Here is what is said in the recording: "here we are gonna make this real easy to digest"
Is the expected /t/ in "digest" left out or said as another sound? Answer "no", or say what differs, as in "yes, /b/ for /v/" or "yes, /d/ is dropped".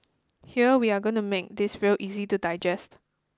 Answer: no